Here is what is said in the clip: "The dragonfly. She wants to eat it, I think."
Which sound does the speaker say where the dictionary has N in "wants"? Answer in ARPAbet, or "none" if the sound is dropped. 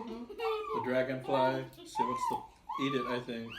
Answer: none